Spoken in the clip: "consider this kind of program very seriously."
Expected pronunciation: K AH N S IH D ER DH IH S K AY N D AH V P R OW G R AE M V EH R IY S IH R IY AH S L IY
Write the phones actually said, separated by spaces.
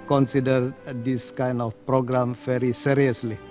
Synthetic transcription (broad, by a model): K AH N S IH D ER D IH S K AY N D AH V P R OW G R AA M F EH R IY S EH R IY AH S L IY